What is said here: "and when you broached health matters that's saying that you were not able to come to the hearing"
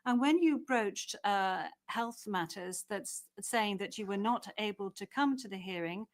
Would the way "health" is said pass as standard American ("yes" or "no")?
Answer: yes